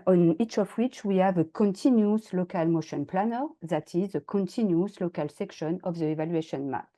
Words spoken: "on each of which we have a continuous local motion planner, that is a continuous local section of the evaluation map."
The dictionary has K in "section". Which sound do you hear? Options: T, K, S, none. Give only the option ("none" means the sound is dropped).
K